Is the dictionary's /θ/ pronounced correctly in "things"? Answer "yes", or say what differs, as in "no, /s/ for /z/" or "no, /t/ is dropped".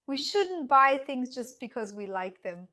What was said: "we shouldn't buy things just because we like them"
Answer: yes